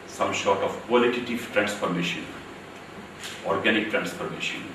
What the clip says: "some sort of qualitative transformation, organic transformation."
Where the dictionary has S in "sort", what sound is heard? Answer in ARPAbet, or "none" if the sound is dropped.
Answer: SH